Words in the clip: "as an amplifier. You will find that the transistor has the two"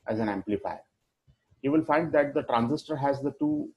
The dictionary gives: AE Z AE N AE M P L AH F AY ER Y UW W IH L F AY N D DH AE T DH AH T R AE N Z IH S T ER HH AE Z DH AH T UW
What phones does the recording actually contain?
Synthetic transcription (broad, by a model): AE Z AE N AE M P L AH F AY ER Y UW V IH L F AY N D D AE T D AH T R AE N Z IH S T ER HH AE Z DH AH T UW